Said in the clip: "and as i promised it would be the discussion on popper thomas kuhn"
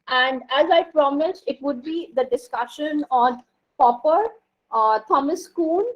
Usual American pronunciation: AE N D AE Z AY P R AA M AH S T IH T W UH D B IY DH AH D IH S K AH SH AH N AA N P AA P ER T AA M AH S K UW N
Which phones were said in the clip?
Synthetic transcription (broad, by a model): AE N D AE Z AY P R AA M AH S IH T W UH D B IY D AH D IH S K AH SH AH N AA N P AA P ER T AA M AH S K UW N